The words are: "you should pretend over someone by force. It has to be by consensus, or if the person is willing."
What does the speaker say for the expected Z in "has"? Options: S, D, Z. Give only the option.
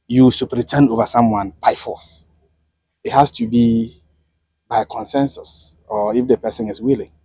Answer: S